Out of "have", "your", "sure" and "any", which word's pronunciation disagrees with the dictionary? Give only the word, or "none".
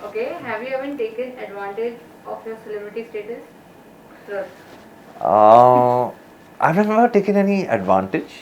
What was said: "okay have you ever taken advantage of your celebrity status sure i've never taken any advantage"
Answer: sure